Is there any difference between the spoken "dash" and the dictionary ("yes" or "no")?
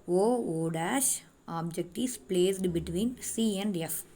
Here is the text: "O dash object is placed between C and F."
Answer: no